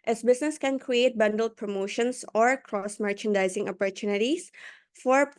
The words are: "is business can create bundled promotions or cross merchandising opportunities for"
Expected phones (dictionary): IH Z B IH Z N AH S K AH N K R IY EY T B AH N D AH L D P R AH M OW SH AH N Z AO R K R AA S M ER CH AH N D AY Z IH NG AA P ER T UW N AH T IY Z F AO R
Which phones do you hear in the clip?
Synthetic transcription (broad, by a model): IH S B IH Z N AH S K AH N K R IY EY T B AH N D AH L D P R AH M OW SH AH N S AO R K R AA S M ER CH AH N D AY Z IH NG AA P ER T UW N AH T IY S F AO R